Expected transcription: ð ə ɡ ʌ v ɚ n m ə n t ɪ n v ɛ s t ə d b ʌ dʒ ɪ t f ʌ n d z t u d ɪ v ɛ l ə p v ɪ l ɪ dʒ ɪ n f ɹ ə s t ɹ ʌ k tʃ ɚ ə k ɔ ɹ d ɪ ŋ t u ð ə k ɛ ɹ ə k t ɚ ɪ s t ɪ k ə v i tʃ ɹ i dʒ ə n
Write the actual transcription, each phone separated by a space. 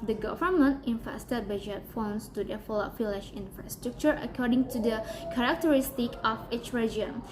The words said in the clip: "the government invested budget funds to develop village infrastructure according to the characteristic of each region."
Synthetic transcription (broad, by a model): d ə ɡ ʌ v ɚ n m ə n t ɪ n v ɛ s t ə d b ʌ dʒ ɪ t f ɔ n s t u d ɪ f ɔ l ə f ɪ l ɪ ʃ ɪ n f ɹ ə s t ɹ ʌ k tʃ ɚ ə k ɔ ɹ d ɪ ŋ t u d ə k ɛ ɹ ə k t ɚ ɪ s t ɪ k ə f i tʃ ɹ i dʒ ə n